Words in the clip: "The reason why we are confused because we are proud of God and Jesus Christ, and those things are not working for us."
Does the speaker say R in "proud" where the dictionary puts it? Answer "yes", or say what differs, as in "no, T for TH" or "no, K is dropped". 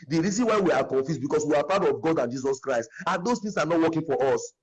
no, R is dropped